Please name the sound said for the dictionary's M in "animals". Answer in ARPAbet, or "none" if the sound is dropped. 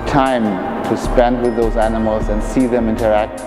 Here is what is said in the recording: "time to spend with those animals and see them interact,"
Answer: M